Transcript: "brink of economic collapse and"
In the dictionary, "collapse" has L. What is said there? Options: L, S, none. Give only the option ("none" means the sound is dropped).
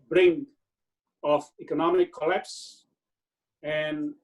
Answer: L